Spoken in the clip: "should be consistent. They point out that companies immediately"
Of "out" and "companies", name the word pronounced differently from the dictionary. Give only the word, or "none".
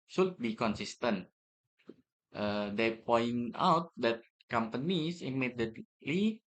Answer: companies